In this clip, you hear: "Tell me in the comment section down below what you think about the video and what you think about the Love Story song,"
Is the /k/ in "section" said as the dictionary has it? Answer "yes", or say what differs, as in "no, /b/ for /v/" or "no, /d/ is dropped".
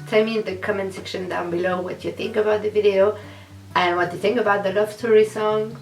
yes